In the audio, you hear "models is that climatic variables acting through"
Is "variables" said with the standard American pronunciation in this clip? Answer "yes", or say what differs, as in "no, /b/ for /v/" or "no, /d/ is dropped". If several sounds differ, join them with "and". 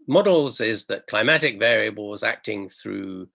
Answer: yes